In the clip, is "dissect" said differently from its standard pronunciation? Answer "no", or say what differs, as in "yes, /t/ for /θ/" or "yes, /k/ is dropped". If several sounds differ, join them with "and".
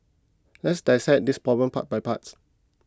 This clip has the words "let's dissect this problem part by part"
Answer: yes, /k/ is dropped